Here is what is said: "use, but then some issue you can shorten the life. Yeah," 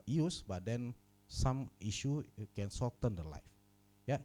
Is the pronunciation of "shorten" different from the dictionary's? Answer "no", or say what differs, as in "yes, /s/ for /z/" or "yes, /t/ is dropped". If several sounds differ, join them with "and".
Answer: yes, /s/ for /ʃ/ and /l/ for /ɹ/